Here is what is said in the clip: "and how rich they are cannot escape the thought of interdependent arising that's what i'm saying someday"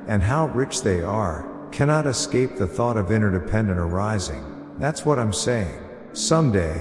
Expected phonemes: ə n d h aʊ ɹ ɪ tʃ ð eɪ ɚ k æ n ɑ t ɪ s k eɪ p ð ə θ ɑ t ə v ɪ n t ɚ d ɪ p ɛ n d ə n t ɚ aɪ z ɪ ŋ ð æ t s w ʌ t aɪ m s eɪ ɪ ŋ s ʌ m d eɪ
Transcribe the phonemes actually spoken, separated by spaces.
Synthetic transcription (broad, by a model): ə n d h aʊ ɹ ɪ tʃ ð eɪ ɚ k æ n ɑ t ɪ s k eɪ p ð ə θ ɑ t ə v ɪ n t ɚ d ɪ p ɛ n d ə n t ɚ aɪ z ɪ ŋ ð æ t s w ʌ t aɪ m s eɪ ɪ ŋ s ʌ m d eɪ